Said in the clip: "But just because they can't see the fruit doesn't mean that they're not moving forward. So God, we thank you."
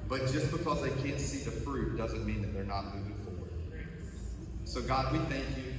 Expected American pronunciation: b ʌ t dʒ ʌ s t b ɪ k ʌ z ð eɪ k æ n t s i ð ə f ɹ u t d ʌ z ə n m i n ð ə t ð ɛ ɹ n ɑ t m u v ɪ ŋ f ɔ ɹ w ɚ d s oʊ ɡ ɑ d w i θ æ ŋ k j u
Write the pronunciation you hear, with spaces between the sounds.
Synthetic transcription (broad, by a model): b ʌ t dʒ ʌ s b ɪ k ʌ z ð eɪ k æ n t s i ð ə f ɹ u t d ʌ z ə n m i n ð ə t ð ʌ ɹ n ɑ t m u ɪ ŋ f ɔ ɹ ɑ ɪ s oʊ ɡ ɑ d w i θ æ ŋ k j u